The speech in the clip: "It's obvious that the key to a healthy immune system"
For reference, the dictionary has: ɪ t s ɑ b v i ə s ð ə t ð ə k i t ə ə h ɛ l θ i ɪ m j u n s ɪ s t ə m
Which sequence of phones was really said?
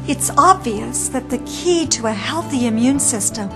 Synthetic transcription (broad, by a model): ɪ t s ɑ b v i ə s ð ə t ð ə k i t ə ə h ɛ l θ i ɪ m j u n s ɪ s t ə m